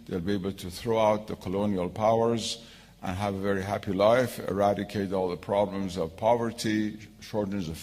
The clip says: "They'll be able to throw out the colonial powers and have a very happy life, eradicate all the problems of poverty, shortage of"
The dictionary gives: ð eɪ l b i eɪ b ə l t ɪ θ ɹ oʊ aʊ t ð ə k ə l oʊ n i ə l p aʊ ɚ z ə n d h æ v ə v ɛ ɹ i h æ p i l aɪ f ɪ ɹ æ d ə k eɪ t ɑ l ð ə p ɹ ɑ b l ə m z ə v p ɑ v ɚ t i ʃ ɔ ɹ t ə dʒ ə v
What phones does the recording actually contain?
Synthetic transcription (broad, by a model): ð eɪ l b i eɪ b l t ɪ θ ɹ oʊ aʊ t ð ə k ə l oʊ n i ə l p aʊ ɚ z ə n h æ v ə v ɛ ɹ i h æ p i l aɪ f ɪ ɹ æ d ə k eɪ t ɑ l ð ə p ɹ ɑ b l ə m z ə v p ɑ v ɚ t i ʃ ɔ ɹ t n z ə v